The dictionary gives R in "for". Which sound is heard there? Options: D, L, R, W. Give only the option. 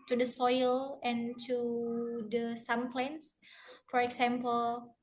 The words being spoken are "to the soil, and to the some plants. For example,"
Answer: R